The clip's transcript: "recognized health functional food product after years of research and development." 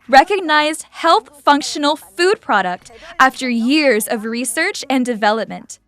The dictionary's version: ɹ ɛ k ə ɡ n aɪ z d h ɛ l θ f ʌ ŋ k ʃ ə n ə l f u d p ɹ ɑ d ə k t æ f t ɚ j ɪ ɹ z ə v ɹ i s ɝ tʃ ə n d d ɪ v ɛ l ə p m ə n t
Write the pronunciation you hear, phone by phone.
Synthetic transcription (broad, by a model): ɹ ɛ k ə ɡ n aɪ z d h ɛ l θ f ʌ ŋ k ʃ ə n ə l f u d p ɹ ɑ d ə k t æ f t ɚ j ɪ ɹ z ə v ɹ i s ɝ tʃ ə n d d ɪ v ɛ l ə p m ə n t